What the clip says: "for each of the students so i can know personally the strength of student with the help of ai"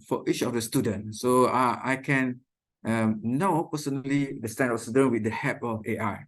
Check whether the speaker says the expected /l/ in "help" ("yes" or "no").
no